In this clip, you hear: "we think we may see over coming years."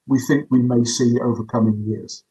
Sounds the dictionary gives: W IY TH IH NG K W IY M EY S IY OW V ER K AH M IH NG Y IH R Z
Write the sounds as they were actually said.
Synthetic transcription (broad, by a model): W IY TH IH NG K W IY M EY S IY OW V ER K AH M IH NG Y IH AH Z